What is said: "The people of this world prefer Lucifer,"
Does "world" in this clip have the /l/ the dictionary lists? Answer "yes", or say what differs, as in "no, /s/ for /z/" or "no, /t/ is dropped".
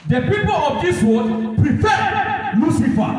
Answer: no, /l/ is dropped